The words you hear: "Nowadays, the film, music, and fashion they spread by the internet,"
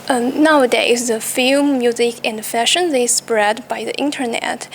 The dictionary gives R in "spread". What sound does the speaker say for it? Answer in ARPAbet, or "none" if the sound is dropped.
R